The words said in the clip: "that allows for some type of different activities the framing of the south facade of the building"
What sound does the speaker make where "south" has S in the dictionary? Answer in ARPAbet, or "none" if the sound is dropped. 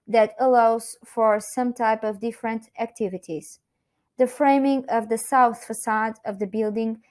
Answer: S